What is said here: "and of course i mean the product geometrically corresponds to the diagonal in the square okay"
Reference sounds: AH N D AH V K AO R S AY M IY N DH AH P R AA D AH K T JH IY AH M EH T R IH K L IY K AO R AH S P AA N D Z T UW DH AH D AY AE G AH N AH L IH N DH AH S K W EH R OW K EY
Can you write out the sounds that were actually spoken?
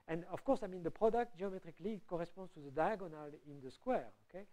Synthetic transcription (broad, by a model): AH N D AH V K AO R S AY M IY N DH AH P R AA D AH K T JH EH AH M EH T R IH K L IY K AO R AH S P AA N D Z T UW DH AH D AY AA G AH N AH L IH N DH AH S K W EH R OW K EY